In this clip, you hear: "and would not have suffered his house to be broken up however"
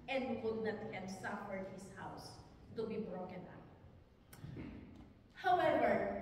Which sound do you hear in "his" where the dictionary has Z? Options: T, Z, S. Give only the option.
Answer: S